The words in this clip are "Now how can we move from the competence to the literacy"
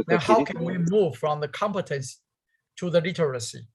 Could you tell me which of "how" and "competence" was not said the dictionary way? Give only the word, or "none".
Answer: none